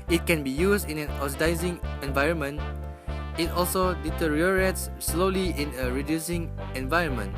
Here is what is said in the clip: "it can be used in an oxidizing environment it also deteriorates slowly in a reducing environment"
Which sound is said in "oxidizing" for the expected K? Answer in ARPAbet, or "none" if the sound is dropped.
none